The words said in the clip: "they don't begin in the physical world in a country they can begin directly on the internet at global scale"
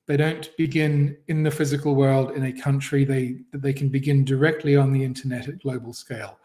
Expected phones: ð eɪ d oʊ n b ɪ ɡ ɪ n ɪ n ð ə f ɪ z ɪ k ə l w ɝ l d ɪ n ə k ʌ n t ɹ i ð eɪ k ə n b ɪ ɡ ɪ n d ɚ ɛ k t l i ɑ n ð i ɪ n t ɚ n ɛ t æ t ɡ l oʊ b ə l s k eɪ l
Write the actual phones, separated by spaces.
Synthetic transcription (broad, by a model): ð eɪ d oʊ n b ɪ ɡ ɪ n ɪ n ð ə f ɪ z ɪ k ə l w ɝ l d ɪ n ə k ʌ n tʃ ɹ i ð eɪ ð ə n b ɪ ɡ ɪ n d ɚ ɛ k t l i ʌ n ð i ɪ n t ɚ n ɛ t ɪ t ɡ l oʊ b ə l s k eɪ l